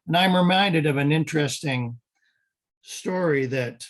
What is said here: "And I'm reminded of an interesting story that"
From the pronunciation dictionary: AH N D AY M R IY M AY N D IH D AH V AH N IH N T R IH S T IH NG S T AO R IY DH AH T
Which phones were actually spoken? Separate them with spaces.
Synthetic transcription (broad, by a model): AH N AY M R IY M AY N D IH D AH V AH N IH N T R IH S T IH NG S T AO R IY DH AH T